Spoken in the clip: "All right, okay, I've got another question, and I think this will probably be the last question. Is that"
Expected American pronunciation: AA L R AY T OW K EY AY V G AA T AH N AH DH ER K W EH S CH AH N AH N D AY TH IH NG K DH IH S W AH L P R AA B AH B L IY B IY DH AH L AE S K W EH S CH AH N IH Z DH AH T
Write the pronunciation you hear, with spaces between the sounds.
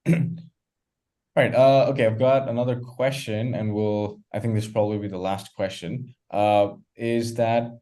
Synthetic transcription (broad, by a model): R AY T OW K EY AY V G AA T AH N AH DH ER K W EH S CH AH N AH N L AY TH IH NG K DH IH S P R AA B AH B L IY B IY DH AH L AE S K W EH S CH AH N IH Z DH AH T